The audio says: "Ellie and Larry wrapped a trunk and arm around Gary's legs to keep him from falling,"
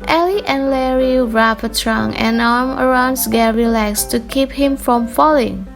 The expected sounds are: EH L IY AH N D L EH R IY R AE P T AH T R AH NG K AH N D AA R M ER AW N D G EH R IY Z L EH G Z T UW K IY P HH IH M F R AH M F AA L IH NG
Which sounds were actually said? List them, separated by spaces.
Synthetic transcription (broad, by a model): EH L IY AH N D L EH R IY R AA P AH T R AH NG AH N AA R M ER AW N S G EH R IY L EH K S T UW K IY P HH IH M F R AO M F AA L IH NG